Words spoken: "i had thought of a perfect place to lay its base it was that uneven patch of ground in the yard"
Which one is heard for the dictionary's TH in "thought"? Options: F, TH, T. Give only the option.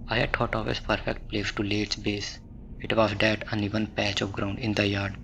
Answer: T